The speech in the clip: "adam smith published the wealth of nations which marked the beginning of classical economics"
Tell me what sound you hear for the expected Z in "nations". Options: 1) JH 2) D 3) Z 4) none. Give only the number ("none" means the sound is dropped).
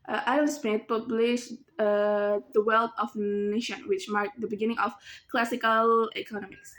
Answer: 4